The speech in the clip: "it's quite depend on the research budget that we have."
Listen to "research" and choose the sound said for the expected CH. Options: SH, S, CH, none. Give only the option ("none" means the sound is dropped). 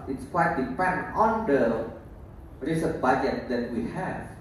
S